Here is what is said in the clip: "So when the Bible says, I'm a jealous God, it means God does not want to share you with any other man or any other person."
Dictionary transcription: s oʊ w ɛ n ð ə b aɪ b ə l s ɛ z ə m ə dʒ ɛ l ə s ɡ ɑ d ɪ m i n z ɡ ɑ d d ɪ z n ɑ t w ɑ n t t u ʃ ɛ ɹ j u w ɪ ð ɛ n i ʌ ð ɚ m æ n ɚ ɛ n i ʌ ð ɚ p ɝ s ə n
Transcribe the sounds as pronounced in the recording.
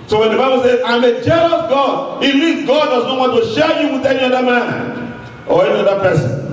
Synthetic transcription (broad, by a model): s oʊ w ɛ n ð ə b aɪ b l s ɛ z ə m ə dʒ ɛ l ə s ɡ ɑ d ɪ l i z ɡ ɑ d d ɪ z n ɑ t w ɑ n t t u ʃ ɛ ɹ j u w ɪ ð ɛ n i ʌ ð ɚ m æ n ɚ ɛ n i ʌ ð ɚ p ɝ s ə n